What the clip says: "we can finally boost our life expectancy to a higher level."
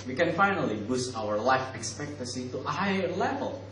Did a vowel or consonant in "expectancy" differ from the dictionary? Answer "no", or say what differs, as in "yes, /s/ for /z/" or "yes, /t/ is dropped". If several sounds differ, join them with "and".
yes, /n/ is dropped